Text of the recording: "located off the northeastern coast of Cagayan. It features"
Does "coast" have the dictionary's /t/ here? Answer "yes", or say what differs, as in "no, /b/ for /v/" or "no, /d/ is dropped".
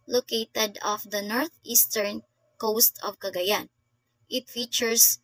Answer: yes